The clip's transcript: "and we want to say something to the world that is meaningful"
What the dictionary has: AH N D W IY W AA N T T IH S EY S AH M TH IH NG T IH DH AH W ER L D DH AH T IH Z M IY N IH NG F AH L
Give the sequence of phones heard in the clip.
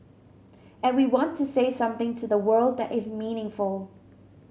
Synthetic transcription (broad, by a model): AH N W IY W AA N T T IH S EY S AH M TH IH NG T IH DH AH W ER L D DH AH T IH Z M IY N IH NG F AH L